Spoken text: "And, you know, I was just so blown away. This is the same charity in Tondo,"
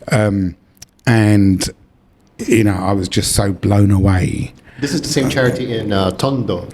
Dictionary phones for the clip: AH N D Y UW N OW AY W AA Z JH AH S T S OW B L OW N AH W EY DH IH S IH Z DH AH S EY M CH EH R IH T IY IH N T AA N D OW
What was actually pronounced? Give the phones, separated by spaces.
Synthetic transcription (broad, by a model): AH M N Y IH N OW AY W AA Z JH AH S T S OW B L OW N AH W EY DH IH S IH Z DH AH S EY M CH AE R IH T IY IH N T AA N D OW